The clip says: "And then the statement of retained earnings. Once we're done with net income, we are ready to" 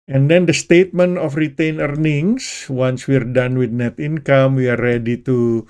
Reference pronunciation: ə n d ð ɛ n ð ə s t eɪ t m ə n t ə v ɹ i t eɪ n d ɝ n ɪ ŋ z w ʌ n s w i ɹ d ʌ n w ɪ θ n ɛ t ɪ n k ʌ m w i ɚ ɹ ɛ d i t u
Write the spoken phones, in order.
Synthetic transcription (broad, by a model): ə n d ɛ n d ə s t eɪ t m ə n t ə f ɹ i t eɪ n ɝ n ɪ ŋ s w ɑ n s w i ɹ d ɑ n w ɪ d n ɛ t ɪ n k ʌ m w i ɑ ɹ ɛ d i t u